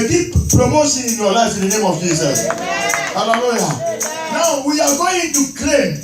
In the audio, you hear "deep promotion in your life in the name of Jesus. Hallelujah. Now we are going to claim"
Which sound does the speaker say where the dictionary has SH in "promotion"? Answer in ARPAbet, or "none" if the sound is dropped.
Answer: S